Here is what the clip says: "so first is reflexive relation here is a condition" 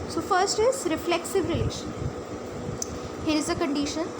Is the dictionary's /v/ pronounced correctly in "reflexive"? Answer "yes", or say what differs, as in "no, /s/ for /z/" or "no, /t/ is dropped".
yes